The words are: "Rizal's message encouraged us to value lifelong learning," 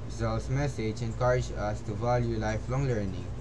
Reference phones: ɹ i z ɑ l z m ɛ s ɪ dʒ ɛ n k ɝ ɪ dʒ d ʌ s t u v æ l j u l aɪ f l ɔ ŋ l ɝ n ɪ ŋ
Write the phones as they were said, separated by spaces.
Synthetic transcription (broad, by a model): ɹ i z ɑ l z m ɛ s ɪ dʒ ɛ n k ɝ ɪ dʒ ʌ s t u v æ l j u l aɪ f l ɔ ŋ l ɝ n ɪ ŋ